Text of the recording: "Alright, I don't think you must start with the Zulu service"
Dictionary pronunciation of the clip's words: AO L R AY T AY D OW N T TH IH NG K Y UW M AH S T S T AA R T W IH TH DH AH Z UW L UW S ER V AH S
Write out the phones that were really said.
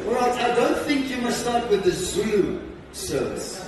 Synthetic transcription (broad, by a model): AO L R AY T AY D OW N T TH IH NG K Y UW M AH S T S T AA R T W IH DH AH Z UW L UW S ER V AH S